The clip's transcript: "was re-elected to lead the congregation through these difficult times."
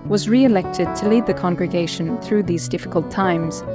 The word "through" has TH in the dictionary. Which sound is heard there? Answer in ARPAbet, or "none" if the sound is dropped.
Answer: TH